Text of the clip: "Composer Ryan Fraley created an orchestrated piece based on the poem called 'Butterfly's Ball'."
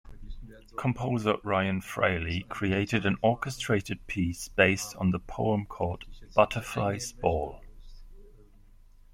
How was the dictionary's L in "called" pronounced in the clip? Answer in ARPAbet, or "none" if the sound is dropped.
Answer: none